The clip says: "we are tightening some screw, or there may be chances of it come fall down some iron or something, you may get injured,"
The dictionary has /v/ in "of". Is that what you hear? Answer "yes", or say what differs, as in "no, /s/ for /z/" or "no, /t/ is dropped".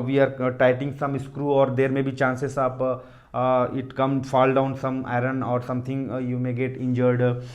no, /p/ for /v/